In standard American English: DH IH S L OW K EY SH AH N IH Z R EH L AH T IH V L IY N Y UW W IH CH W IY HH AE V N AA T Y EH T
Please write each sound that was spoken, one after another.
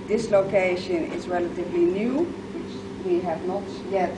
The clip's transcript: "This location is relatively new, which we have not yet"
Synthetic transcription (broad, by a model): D IH S L OW K EY SH AH N IH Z R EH L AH T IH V L IY N Y UW W IH CH W IY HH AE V N AA T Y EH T